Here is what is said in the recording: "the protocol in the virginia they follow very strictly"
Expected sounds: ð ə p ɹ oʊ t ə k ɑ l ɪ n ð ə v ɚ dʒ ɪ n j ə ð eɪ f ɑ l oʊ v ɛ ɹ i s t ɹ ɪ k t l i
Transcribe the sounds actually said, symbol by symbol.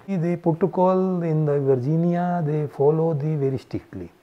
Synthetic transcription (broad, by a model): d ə p oʊ t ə k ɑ l ɪ n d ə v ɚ dʒ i n j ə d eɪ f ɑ l oʊ v ɛ ɹ i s t ɹ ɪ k t l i